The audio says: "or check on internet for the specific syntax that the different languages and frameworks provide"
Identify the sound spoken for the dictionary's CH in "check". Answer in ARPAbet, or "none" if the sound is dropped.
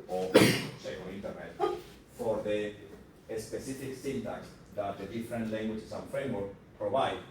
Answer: S